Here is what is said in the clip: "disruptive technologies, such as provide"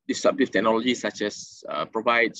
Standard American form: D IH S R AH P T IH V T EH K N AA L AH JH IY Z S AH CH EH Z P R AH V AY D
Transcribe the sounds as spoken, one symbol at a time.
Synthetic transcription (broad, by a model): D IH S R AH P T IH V T EH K N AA L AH JH IY S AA CH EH S P R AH V AY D